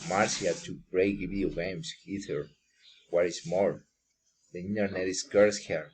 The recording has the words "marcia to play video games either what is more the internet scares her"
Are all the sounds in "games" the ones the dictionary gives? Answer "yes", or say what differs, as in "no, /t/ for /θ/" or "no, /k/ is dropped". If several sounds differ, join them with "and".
no, /s/ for /z/